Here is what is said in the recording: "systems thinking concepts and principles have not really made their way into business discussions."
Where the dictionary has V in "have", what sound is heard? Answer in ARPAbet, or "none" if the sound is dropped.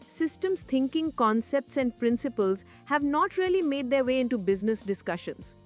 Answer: V